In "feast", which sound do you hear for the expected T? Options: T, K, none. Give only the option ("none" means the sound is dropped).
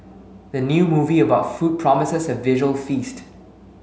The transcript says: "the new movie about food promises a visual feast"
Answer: T